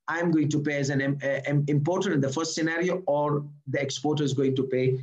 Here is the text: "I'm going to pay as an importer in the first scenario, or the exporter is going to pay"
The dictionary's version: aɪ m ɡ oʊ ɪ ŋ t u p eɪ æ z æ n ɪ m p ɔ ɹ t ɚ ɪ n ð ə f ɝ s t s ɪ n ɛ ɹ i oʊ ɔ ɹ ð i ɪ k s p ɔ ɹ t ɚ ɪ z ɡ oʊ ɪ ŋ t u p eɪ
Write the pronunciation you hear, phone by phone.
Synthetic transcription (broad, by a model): aɪ m ɡ oʊ ɪ ŋ t u p eɪ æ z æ n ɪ m p ɔ ɹ t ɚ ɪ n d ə f ɝ s t s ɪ n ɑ ɹ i oʊ ɔ ɹ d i ɪ k s p ɔ ɹ t ɚ ɪ z ɡ oʊ ɪ ŋ t u p eɪ